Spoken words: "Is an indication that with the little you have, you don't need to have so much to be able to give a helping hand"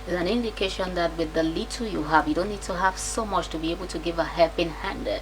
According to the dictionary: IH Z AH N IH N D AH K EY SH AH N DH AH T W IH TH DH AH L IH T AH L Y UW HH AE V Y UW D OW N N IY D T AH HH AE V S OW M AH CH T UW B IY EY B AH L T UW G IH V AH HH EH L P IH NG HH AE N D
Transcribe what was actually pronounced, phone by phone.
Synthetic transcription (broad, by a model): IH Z AH N IH N D AH K EY SH AH N DH AH T W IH DH AH L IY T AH Y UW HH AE V Y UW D OW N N IY D T AH HH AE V S OW M AH CH T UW B IY EY B AH L T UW G IH V AH HH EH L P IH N HH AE N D